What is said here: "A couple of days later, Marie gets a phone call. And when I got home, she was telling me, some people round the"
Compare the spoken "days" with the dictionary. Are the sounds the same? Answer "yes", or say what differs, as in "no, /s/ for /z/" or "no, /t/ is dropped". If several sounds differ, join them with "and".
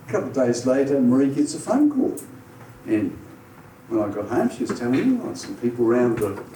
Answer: yes